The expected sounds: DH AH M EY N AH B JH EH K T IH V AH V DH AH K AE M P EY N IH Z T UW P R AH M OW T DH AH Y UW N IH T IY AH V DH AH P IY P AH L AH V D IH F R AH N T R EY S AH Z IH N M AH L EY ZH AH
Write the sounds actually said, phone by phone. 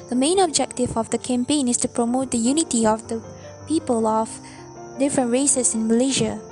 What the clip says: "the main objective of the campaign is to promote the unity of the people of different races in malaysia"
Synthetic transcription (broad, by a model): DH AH M EY N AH B JH EH K T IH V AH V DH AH K AE M P EY N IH S T UW P R AH M OW T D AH Y UW N IH T IY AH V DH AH P IY P AH L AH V D IH F R AH N T R EY S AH S IH N M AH L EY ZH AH